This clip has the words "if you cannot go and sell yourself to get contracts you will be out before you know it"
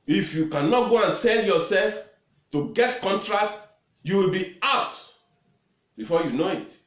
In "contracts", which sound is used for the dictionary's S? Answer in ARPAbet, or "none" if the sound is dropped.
none